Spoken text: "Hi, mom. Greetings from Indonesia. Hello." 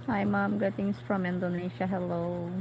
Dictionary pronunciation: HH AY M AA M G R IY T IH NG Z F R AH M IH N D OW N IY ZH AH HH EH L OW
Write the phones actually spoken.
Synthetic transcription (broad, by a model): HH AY M AA M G EH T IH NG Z F R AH M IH N D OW N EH SH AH HH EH L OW